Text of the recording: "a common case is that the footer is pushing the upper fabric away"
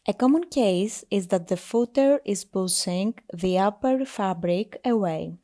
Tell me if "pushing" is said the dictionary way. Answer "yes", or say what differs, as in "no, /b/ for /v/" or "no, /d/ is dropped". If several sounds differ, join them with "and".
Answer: no, /s/ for /ʃ/